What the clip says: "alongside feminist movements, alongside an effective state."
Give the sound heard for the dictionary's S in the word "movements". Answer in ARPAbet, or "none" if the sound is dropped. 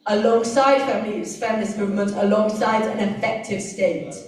none